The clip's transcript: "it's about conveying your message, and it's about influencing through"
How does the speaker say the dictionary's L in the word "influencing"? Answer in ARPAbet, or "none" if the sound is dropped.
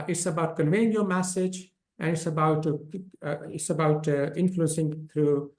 L